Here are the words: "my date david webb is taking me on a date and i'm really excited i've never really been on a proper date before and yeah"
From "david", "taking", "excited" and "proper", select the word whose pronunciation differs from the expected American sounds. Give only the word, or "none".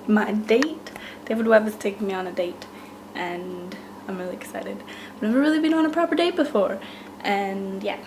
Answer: david